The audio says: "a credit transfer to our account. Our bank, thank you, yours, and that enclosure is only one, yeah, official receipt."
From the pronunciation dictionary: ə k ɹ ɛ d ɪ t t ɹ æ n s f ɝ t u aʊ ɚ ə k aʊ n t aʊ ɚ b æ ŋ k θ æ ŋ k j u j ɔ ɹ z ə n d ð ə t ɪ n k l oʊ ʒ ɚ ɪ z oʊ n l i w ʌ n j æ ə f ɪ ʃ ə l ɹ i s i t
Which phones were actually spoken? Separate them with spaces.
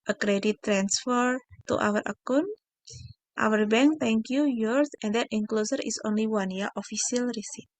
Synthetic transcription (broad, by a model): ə k ɹ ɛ d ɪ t t ɹ æ n s f ɝ t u aʊ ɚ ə k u n t aʊ ɚ b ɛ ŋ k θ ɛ ŋ k j u j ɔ ɹ s ə n d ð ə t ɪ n k l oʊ s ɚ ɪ s oʊ n l i w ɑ n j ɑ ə f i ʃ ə l ɹ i s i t